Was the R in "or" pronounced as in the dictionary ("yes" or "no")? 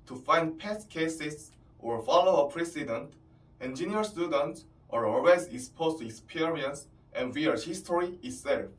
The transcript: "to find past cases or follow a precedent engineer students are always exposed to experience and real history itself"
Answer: yes